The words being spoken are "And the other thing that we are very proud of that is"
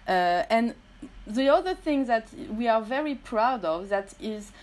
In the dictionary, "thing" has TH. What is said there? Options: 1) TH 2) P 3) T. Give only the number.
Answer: 1